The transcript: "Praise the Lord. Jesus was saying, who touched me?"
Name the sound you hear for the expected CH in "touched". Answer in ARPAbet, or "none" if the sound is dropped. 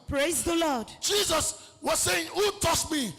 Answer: S